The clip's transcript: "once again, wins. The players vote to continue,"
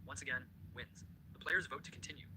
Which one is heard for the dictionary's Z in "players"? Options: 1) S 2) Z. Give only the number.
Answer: 2